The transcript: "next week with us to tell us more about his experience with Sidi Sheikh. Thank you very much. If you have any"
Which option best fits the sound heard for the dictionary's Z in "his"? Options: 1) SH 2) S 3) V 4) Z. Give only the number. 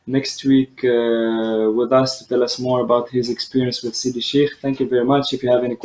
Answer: 4